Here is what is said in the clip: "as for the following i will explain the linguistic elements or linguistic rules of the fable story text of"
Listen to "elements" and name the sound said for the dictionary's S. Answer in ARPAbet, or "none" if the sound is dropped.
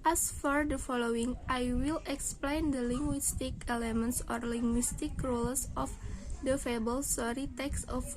S